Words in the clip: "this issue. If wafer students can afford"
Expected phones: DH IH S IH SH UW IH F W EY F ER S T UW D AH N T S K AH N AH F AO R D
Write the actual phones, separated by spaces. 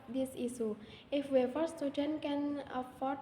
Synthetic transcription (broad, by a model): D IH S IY S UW IH F W EY F ER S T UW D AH N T K AH N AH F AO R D